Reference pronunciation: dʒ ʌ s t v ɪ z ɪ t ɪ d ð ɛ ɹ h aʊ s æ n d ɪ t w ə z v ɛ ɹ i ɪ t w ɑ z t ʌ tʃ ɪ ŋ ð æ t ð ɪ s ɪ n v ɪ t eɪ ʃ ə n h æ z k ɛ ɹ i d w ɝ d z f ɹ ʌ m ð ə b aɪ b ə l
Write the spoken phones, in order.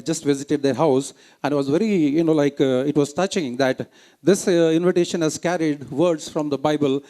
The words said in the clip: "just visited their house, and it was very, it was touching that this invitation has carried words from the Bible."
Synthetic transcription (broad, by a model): dʒ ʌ s t v ɪ z ɪ t ɪ d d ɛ ɹ h aʊ s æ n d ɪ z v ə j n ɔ l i ɪ t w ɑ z t ʌ tʃ ɪ ŋ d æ t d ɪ s ɪ n v ɪ t eɪ ʃ ə n h æ z k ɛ ɹ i d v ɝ d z f ɹ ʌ m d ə b aɪ b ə l